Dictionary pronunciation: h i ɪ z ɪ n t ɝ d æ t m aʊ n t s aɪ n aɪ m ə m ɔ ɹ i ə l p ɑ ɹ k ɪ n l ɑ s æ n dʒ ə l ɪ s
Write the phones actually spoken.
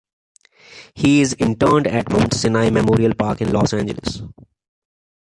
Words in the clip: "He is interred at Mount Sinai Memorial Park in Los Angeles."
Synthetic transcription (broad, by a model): h i ɪ z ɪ n t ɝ d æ t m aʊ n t s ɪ n aɪ m ə m ɔ ɹ i ə l p ɑ ɹ k ɪ n l ɑ s æ n dʒ ə l ɪ s